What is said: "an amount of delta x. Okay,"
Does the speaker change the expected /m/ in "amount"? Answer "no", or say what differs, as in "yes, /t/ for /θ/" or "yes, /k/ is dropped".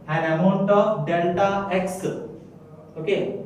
no